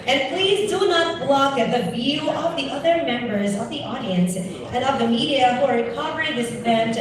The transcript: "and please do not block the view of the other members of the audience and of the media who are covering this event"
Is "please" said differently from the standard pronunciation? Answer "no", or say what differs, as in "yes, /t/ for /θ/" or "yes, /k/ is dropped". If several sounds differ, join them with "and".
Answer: no